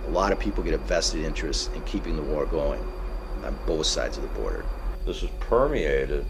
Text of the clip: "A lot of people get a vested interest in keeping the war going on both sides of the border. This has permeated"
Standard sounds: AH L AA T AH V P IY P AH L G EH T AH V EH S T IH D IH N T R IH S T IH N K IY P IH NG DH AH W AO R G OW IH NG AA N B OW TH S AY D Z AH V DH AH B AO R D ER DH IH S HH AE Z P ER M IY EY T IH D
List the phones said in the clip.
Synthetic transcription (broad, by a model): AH L AA T AH V P IY P L G EH T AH V EH S T IH D IH N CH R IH S T IH N K IY P IH NG DH AH W AO R G OW IH NG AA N B OW TH S AY D Z AH V DH AH B AO R D ER DH IH S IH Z P ER M IY EY T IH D